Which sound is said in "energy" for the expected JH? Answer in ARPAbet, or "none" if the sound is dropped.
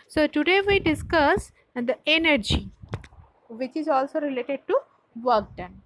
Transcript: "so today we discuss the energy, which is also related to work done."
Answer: JH